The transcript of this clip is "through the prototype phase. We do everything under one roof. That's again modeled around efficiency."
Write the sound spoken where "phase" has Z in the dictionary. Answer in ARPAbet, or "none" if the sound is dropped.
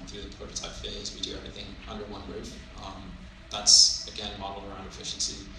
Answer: Z